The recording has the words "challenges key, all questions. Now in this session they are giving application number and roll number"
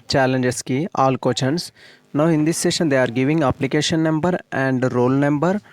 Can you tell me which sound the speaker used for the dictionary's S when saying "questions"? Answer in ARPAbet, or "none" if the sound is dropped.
none